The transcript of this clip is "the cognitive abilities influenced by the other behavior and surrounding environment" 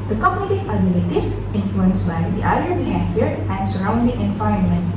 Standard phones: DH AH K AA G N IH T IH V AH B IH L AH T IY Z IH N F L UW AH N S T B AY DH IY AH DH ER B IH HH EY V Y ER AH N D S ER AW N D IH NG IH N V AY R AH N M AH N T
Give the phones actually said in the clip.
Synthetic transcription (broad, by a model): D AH K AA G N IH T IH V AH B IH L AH T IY S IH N F L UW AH N S B AY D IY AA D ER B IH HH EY F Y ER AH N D S ER AW N D IH NG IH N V AY R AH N M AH N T